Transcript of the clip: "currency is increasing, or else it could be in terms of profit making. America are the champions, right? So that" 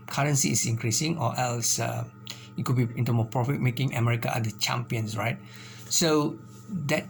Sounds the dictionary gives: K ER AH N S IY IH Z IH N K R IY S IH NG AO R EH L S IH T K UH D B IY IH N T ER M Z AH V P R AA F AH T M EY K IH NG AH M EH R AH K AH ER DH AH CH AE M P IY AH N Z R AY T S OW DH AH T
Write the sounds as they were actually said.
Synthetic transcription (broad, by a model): K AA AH N S IY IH S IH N K R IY S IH NG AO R EH L S IH T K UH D B IY IH N T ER M AH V P R AA F AH T M EY K IH NG AH M EH R AH K AH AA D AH CH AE M P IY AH N S R AY T S OW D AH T